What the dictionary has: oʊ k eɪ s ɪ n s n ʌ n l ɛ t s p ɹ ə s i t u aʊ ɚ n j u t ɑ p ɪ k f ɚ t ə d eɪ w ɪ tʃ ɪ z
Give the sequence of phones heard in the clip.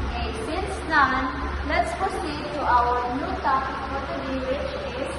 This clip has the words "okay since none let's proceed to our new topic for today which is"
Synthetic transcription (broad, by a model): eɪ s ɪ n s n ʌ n l ɛ t s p ə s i t u aʊ ɚ n j u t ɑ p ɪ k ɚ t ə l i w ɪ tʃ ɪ